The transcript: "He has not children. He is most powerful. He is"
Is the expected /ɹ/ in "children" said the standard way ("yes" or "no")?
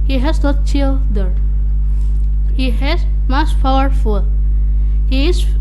no